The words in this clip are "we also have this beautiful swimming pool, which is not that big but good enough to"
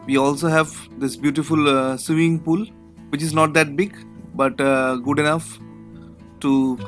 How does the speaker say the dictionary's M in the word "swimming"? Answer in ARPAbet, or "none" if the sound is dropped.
none